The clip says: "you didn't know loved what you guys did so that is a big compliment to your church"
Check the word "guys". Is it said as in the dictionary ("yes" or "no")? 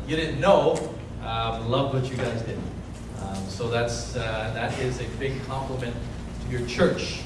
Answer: yes